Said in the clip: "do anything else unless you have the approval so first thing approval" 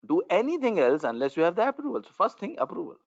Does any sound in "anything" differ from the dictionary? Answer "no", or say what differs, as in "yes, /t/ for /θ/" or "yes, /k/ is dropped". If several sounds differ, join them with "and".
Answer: yes, /t/ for /θ/